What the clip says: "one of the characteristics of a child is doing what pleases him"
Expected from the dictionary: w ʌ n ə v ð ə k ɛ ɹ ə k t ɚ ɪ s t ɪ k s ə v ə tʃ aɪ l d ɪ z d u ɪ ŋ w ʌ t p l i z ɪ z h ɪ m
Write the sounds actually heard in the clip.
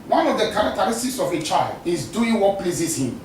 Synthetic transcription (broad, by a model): w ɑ n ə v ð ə k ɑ ɹ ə k t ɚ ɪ s t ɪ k s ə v ə tʃ aɪ l d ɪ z d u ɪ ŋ w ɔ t p l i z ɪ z h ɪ m